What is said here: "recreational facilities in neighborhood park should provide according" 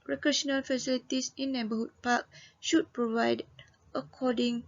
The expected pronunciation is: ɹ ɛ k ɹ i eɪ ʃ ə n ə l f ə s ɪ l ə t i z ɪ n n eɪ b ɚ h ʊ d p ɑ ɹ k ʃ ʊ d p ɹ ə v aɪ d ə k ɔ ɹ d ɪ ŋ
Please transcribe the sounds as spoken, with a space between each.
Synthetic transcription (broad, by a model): ɹ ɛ k ɹ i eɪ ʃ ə n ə l f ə s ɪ l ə t i s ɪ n n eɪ b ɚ h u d p ɑ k ʃ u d p ɹ ə v aɪ d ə k ɔ d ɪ ŋ